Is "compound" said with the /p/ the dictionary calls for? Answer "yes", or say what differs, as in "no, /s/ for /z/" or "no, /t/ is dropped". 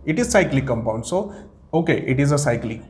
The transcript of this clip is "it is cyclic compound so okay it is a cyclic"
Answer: yes